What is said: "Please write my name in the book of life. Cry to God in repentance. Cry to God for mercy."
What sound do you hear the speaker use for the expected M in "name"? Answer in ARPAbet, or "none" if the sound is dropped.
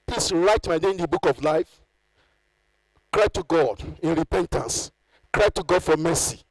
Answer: none